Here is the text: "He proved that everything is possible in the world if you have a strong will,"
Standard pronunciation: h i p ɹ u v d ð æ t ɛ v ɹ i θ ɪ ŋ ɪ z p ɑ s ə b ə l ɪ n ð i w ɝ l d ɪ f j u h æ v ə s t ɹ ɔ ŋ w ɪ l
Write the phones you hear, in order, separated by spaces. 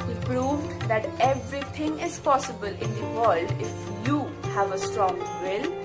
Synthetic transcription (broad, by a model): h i p ɹ u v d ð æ t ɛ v ɹ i t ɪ ŋ ɪ z p ɑ s ə b ə l ɪ n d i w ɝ l d ɪ f j u h æ v ə s t ɹ ɔ ŋ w ɪ l